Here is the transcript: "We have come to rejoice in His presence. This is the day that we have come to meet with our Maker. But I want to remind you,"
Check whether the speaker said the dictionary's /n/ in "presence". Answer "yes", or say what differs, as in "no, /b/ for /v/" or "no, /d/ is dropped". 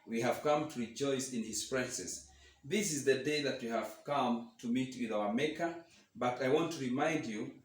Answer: no, /n/ is dropped